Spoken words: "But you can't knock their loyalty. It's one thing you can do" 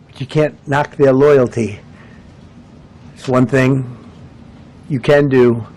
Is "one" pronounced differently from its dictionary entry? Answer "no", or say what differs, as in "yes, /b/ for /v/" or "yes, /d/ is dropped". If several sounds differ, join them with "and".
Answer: no